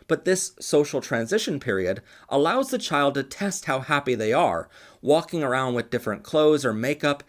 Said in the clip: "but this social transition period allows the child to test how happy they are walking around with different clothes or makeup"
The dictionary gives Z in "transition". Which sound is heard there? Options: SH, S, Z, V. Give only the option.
Z